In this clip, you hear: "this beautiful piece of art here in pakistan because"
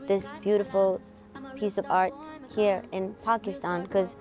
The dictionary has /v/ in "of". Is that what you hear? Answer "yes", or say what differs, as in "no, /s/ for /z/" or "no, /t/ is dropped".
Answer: yes